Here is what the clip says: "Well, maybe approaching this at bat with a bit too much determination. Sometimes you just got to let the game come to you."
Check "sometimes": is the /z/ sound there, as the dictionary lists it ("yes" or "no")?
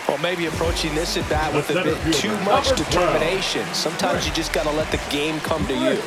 yes